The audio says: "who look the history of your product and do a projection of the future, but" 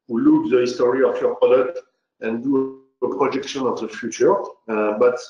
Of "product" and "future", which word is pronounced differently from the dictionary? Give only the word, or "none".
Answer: product